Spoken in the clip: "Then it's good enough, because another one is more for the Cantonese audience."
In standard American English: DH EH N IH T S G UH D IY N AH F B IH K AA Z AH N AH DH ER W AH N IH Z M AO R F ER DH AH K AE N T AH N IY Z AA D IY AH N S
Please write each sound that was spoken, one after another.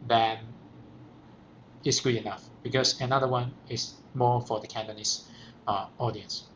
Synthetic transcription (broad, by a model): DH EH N IH T S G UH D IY N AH F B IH K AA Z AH N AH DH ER W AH N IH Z M AO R F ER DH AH K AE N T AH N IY S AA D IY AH N S